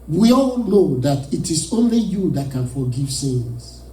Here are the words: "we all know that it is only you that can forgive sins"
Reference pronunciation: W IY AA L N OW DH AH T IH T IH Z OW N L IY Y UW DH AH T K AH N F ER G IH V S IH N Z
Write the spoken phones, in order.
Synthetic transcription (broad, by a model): W IY AA L N OW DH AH T IH T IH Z OW N L IY Y UW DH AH T K AH N F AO G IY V S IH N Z